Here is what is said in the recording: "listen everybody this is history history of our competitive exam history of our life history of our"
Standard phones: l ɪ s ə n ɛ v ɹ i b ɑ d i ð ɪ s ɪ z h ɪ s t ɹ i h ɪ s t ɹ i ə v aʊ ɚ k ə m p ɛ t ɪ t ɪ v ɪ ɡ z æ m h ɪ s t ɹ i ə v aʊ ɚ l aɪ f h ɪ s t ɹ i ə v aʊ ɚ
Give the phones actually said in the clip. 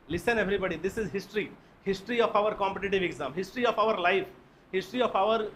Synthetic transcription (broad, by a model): l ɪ s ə n ɛ v ɹ i b ɑ d i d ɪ s ɪ z h ɪ s t ɹ i h ɪ s t ɹ i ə f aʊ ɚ k ə m p ɛ t ɪ t ɪ v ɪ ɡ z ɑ m h ɪ s t ɹ i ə f aʊ ɚ l aɪ f h ɪ s t ɹ i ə f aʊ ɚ